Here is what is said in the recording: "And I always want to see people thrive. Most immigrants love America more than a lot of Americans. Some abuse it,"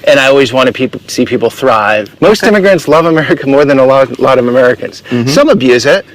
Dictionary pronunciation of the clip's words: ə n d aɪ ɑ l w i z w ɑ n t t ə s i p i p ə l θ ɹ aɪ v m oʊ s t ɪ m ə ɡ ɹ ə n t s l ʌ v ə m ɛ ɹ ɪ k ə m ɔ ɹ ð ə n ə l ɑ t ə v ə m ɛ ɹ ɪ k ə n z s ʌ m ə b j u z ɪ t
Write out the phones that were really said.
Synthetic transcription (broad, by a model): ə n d aɪ ɑ l w i z w ɑ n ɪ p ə s i p i p l θ ɹ aɪ v m oʊ s t ɪ m ə ɡ ɹ ə n t s l ʌ v ə m ɛ ɹ ɪ k ə m ɔ ɹ ð ə n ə l ɑ t ə v ə m ɛ ɹ ɪ k ə n z s ʌ m ə b j u z ɪ t